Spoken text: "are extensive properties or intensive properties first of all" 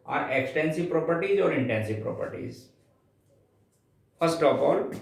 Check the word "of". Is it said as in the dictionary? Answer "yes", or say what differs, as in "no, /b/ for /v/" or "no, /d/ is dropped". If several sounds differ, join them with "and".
no, /p/ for /v/